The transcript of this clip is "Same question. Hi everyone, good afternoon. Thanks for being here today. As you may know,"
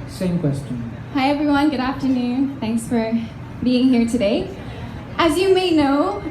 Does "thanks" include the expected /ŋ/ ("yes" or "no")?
yes